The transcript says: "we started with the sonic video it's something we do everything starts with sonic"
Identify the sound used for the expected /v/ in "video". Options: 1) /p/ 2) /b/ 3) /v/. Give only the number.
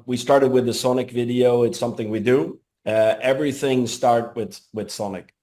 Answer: 3